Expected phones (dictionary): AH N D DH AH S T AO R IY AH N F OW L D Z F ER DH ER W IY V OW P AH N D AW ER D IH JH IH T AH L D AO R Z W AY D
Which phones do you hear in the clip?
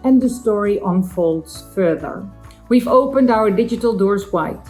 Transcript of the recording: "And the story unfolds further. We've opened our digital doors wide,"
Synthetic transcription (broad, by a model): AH N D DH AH S T AO R IY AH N F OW L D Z F ER DH ER W IY V OW P AH N D AW ER D IH JH IH T AH L D AO R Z W AY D